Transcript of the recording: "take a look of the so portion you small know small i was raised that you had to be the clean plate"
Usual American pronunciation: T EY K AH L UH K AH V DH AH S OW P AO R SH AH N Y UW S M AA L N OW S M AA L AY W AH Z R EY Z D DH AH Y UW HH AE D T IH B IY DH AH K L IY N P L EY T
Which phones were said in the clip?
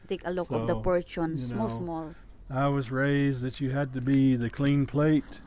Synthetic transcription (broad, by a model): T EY K AH L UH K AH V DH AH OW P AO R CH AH N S M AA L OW S M AA L AY W AH Z R EY Z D DH AH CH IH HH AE D T IH B IY DH AH K L IY N P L EY T